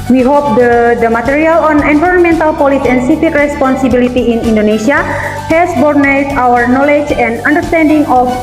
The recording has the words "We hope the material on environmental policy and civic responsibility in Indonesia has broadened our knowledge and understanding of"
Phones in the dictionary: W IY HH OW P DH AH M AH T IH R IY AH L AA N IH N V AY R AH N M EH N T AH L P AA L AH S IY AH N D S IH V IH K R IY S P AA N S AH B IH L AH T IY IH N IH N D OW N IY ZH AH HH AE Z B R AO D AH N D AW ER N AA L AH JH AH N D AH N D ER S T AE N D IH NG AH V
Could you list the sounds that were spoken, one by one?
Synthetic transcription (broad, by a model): W IY HH OW P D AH M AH T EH R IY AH L AA N IH N V AY R AH N M EH N T AH L P AA L AH S IY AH N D S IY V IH K R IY S P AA N S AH B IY L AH T IY IH N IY N D OW N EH S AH HH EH S B AO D N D AW ER N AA L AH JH AH N D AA N D ER S T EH N D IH NG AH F